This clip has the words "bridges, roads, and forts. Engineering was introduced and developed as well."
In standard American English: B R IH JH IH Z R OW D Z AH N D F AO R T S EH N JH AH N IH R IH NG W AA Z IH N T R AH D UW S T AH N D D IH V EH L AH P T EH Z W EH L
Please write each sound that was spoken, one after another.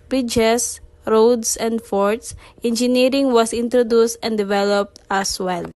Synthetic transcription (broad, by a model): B R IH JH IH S R OW D S AH N D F AO R T S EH N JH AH N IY R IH NG W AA S IH N T R AH D UW S T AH N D D IH V EH L AH P T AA S W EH L